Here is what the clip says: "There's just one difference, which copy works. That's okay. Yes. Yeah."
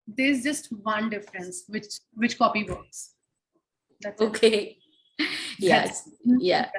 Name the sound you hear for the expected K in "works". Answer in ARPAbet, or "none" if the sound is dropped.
none